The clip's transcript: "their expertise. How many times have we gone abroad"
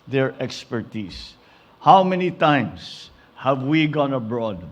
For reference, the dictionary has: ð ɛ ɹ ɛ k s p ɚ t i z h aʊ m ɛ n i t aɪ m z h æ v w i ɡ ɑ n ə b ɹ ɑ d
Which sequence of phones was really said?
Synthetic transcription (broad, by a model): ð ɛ ɹ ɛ k s p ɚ t i s h aʊ m ɛ n i t aɪ m s h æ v w i ɡ ɑ n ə b ɹ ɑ d